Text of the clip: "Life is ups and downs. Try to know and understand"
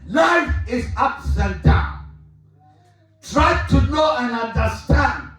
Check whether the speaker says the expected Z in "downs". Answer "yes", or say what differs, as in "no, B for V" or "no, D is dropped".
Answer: no, Z is dropped